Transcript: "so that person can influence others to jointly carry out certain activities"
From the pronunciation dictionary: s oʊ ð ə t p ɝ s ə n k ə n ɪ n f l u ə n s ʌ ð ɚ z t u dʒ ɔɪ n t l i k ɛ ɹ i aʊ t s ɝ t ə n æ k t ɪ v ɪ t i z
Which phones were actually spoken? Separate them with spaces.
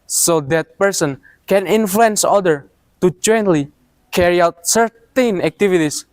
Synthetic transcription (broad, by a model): s oʊ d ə t p ɝ s ə n k ə n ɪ n f l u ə n s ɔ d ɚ t u dʒ ɔɪ n t l i k ɛ ɹ i aʊ t s ɝ t ə n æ k t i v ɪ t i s